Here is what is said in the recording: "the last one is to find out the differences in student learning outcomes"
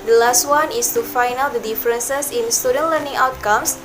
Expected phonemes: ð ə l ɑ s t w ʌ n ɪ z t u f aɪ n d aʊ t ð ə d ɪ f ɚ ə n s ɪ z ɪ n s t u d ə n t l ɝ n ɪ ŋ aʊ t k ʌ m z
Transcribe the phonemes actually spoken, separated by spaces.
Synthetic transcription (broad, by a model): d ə l ɑ s t w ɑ n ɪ s t u f aɪ n aʊ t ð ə d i f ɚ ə n s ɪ s ɪ n s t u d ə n l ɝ n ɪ ŋ aʊ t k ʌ m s